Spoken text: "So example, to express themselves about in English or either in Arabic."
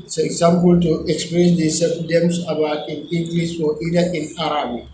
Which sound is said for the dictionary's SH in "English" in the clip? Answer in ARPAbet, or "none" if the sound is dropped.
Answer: S